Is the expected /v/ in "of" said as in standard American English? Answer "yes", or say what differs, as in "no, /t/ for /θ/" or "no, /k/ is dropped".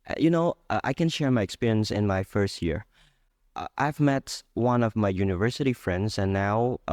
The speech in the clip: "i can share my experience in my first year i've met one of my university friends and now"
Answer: yes